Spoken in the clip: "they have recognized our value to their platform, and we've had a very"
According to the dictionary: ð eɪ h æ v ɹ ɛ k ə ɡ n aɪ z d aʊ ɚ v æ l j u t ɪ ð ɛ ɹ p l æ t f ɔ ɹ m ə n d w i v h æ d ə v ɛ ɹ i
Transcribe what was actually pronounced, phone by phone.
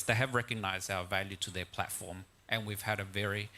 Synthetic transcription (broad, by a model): ð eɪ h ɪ v ɹ ɛ k ə ɡ n aɪ z d aʊ ɚ v æ l j u t ɪ ð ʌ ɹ p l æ t f ɔ ɹ m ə n w i v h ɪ d ə v ɛ ɹ i